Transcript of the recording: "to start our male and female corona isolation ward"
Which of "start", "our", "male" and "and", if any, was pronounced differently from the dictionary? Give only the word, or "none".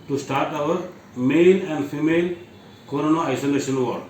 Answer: male